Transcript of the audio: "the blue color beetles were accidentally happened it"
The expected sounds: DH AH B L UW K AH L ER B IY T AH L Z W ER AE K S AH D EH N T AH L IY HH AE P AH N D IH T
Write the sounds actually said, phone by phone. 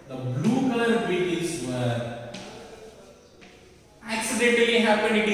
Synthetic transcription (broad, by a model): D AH B L UW K AH L ER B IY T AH Z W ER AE K S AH D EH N T L IY HH AE P AH N D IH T